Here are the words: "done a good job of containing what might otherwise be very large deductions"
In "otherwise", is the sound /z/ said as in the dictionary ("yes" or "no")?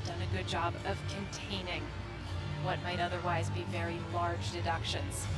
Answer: yes